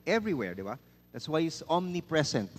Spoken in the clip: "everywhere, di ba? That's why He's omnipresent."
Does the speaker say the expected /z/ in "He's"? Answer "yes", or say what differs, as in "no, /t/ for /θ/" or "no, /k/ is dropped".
no, /s/ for /z/